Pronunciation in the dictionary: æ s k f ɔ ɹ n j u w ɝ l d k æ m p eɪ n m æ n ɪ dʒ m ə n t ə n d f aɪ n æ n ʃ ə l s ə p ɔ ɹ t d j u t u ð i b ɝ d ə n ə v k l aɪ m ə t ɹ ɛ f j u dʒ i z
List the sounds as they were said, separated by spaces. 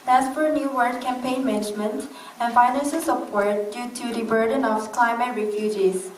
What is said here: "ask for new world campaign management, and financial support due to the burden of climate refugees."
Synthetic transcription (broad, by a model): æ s f ɔ ɹ n j u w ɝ d k æ m p eɪ n m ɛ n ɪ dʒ m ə n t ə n f aɪ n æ n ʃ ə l s ə p ɔ ɹ t d j u t u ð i b ɝ d ə n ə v k l aɪ m ə t ɹ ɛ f j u dʒ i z